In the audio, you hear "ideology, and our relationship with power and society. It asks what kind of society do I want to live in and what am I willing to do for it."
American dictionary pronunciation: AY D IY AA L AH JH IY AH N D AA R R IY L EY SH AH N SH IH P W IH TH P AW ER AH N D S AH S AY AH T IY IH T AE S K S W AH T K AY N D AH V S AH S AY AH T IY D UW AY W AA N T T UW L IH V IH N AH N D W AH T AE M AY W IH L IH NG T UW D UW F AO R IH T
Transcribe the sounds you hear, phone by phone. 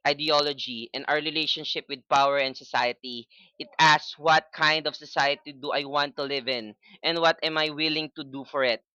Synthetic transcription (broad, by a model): AY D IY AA L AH JH IY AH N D AA R R IY L EY SH AH N SH IH P W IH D P AW ER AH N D S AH S AY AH T IY IH T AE S S W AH T K AY N D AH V S AH S AY AH T IY D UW AY W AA N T T UW L IH V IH N AH N D W AH T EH M AY W IH L IH NG T UW D UW F AO R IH T